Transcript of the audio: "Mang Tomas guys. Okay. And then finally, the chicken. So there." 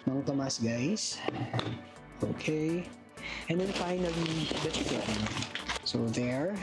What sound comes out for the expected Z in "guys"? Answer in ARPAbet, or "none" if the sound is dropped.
S